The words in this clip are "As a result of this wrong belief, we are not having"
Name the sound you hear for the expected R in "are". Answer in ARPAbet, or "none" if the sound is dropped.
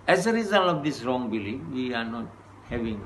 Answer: R